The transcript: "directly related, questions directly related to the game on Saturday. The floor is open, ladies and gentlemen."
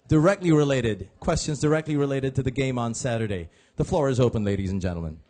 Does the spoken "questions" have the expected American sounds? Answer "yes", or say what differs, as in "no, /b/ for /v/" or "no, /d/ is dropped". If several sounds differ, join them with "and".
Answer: yes